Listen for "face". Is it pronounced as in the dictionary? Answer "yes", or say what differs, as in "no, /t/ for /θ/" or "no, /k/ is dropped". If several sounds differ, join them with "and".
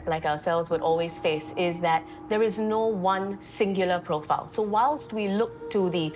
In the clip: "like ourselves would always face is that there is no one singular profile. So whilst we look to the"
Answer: yes